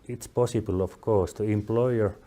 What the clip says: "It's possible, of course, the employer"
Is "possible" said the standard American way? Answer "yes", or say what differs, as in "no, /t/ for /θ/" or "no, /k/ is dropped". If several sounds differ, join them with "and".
yes